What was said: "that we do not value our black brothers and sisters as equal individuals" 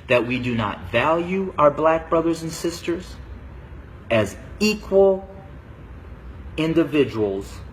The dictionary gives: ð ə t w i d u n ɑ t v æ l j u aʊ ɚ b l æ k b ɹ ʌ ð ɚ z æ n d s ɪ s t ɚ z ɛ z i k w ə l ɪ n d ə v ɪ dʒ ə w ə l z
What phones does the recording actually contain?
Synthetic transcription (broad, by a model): ð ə t w i d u n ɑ t v æ l j u aʊ ɚ b l æ k b ɹ ʌ ð ɚ z n s ɪ s t ɚ z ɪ z i k w ə l ɪ n d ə v ɪ dʒ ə w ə l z